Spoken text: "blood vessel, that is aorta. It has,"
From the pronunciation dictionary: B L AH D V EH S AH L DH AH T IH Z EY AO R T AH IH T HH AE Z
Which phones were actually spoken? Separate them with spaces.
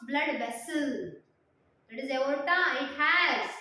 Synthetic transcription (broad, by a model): B L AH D B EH S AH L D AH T IH Z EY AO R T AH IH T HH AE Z